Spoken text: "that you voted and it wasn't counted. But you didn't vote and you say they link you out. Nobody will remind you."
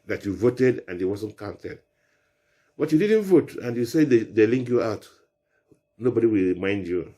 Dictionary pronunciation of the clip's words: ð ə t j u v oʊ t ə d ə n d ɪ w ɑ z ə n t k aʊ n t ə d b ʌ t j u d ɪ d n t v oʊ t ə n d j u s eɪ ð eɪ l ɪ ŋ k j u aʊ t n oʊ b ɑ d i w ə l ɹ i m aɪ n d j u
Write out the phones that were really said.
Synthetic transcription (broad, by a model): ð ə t j u v oʊ t ə d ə n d ɪ w ɑ z ə n t k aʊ n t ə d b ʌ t j u d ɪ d n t v oʊ t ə n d j u s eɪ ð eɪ l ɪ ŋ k j u aʊ t n oʊ b ɑ d i w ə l ɹ i m aɪ n d j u